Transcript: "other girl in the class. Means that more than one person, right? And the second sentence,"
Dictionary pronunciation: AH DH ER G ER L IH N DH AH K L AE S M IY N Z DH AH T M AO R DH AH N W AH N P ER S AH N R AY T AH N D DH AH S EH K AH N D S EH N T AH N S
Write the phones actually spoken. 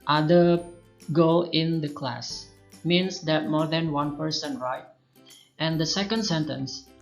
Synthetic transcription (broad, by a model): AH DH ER G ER L IH N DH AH K L AE S M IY N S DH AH T M AO R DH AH N W AH N P ER S AH N R AY T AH N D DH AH S EH K AH N D S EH N T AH N S